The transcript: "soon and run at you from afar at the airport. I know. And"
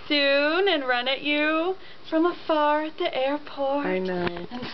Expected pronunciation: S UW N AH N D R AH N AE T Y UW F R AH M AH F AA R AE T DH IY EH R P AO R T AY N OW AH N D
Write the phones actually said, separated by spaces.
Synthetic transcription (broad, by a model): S UW N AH N R AH N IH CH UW F R AH M AH F AA R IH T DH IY EH R P AO R AY N OW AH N